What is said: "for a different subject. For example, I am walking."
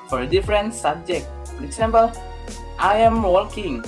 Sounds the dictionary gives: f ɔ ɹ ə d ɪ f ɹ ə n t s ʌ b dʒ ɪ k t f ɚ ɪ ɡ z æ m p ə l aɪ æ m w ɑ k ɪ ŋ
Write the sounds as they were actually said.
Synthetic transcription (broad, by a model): f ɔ ɹ ə d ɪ f ɹ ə n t s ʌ b dʒ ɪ k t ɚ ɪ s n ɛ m b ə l aɪ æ m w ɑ k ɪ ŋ